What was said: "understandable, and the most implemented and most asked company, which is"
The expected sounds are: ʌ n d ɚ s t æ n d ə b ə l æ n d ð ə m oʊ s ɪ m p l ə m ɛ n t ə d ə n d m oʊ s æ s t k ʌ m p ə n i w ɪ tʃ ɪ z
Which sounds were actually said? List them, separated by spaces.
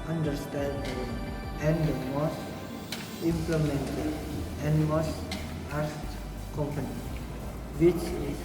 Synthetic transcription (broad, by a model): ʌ n d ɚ s t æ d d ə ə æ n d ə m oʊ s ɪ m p l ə m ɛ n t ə ə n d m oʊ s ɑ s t k ʌ m p ə n i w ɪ tʃ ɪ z